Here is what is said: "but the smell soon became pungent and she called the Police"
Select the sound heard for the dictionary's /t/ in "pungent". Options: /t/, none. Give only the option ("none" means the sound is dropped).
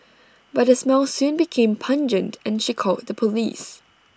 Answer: /t/